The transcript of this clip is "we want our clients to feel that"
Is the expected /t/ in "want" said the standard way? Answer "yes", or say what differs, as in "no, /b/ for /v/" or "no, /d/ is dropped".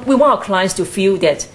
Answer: no, /t/ is dropped